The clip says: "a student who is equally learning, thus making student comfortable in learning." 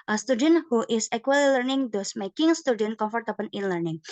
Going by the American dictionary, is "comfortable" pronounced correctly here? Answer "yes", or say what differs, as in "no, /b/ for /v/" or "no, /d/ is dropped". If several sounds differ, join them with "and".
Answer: no, /n/ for /l/